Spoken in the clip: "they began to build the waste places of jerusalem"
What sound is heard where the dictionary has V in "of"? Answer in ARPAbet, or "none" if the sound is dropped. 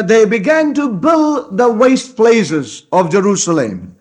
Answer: V